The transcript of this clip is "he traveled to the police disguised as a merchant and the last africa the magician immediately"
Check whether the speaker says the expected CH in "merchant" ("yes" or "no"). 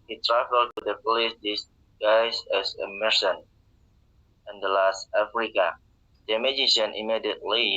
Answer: no